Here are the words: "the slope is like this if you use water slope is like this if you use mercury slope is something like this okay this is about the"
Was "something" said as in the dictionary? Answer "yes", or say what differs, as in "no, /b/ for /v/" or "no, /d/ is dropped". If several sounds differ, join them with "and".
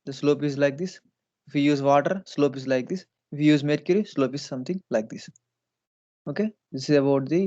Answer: no, /t/ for /θ/